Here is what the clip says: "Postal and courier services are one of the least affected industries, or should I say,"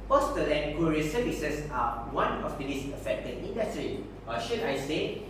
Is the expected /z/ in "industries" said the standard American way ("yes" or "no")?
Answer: no